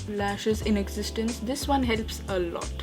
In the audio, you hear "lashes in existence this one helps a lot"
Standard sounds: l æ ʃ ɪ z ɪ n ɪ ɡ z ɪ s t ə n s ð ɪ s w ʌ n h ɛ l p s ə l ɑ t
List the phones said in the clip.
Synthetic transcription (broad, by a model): l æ ʃ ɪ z ɪ n ɪ ɡ z ɪ s t ə n s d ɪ s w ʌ n h ɛ l p s ə l ɑ t